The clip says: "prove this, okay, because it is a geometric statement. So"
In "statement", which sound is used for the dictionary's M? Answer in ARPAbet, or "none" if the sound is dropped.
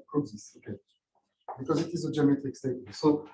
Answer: none